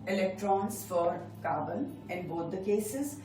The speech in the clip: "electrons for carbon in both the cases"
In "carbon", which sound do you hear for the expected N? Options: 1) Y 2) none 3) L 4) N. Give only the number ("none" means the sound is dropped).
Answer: 3